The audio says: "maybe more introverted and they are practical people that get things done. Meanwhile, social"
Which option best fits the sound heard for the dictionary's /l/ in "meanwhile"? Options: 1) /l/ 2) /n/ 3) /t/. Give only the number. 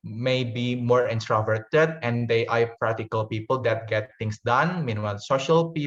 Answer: 2